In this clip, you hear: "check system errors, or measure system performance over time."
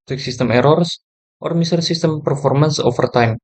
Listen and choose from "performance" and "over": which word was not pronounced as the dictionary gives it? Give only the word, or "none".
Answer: over